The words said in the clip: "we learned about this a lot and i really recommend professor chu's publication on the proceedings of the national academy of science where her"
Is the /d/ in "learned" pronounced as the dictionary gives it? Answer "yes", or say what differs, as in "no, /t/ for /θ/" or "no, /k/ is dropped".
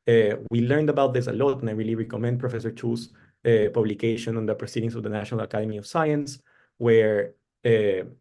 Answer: yes